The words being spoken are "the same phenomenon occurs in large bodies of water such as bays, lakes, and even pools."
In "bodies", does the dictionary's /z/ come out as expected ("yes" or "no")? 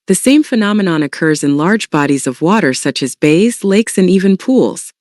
yes